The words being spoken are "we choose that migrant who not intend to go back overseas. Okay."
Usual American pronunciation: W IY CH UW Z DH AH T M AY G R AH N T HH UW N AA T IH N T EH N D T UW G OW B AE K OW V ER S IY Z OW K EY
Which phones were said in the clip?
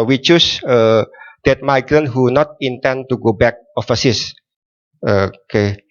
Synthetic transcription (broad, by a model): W IY CH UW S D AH T M AY G R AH N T HH UW N AA T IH N T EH N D T UW G OW B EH K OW F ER S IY S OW K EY